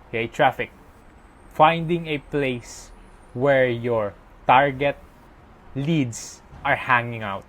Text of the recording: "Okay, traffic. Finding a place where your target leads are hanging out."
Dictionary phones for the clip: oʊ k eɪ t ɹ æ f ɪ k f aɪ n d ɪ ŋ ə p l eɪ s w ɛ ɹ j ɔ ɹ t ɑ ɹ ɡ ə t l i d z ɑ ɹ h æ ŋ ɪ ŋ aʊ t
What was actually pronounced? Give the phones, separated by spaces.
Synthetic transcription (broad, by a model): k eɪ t ɹ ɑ f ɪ k f aɪ n d ɪ ŋ ə p l eɪ s w ɛ ɹ j ɔ ɹ t ɑ ɹ ɡ ə t l i d s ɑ ɹ h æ ŋ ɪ ŋ aʊ t